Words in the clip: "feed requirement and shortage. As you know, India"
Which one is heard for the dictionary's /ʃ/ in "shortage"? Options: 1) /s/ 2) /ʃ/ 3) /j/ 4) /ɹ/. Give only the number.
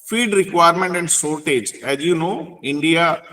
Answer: 1